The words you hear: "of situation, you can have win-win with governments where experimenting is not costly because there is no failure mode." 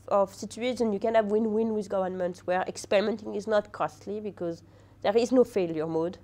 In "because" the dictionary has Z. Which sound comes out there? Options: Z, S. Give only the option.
Z